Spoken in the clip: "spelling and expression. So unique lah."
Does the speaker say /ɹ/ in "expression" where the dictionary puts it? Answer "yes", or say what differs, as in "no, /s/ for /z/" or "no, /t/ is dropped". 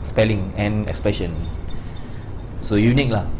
no, /ɹ/ is dropped